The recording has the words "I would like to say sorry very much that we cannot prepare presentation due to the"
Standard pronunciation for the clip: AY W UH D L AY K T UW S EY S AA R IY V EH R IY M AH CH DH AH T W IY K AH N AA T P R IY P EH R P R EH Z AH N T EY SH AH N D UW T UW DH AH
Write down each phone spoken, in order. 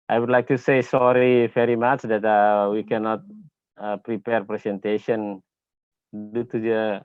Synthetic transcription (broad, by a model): AY W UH D L AY K T UW S EY S AA R IY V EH R IY M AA CH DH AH T W IY K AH N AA T P R IY P EH R P R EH S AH N T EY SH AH N D UW T UW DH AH